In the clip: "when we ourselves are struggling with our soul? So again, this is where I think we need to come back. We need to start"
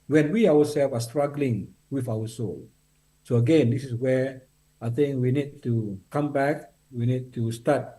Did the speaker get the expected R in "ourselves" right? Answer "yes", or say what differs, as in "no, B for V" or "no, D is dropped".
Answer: no, W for R